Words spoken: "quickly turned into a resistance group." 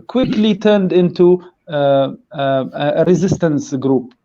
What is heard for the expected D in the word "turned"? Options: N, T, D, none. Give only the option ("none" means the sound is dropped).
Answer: D